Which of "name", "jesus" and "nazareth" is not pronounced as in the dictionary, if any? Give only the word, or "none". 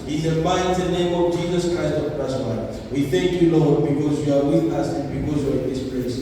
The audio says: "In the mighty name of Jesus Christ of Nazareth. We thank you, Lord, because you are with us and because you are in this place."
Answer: nazareth